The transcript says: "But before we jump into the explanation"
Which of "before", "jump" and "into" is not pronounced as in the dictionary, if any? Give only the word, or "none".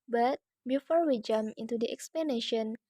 jump